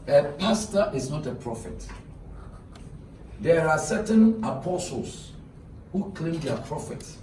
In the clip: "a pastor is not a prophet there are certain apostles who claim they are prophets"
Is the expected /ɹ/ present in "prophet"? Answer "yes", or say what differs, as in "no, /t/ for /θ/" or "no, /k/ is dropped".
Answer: yes